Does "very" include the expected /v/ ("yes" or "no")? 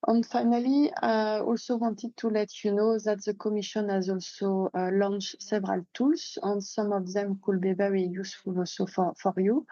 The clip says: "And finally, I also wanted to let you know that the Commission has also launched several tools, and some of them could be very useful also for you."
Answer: no